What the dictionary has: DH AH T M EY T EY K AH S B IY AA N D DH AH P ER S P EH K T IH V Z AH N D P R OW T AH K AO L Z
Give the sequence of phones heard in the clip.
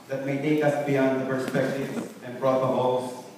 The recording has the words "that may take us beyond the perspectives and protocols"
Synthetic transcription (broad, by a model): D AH T M EY T EY K AH S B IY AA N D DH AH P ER S P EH K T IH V AH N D P R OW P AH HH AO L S